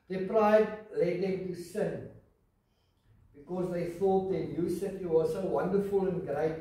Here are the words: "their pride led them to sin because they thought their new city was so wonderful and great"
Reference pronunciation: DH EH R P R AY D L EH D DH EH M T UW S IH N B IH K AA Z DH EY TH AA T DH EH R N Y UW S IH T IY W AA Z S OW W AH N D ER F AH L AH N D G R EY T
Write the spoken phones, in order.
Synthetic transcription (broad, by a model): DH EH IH P R AY D L EH D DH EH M T UW S IH N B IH K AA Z DH EY TH AA T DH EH N Y UW S IH T IY W AA Z S OW W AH N D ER F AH L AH N G R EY T